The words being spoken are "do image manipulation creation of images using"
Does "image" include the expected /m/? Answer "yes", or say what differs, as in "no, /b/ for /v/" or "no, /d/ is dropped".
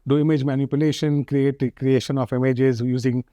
yes